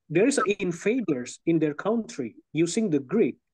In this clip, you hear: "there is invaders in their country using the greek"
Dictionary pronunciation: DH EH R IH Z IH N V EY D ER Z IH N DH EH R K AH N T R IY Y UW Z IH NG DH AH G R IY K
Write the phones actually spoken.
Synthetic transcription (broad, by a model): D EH R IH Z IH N F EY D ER S IH N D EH R K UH N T R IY Y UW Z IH NG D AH G R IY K